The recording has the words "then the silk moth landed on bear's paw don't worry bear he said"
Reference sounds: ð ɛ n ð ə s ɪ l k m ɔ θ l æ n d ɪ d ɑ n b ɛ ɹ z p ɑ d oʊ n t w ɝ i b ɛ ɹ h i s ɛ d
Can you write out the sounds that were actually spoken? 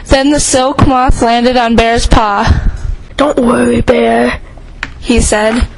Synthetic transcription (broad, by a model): ð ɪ n ð ə s ɪ l k m ɔ θ l æ n d ɪ d n b ɛ ɹ z p ɑ d oʊ n t w ɝ i b ɛ ɹ h i s ɛ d